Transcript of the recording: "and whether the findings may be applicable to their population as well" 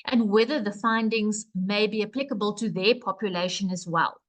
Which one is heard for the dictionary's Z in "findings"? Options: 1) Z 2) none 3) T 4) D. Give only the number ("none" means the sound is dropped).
1